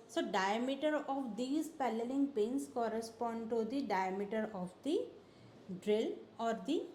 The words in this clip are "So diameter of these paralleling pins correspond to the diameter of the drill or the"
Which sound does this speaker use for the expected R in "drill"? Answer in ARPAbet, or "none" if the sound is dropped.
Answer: R